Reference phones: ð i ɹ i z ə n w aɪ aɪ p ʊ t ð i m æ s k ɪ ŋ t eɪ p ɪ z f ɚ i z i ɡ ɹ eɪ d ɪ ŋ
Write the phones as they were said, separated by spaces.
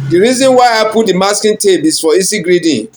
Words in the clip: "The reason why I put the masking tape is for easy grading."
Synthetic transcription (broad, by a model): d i ɹ i z ə n w aɪ aɪ p ʊ t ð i m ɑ s k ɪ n t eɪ b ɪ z f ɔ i s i ɡ ɹ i d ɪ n